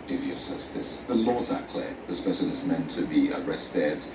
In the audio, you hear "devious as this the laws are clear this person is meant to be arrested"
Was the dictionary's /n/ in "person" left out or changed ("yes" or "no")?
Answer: yes